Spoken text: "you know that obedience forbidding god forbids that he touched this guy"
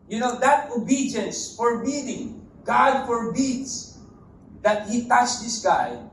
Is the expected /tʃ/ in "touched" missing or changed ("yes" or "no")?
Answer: yes